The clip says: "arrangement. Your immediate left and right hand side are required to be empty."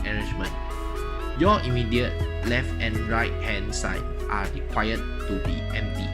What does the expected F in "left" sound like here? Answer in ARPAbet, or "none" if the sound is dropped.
F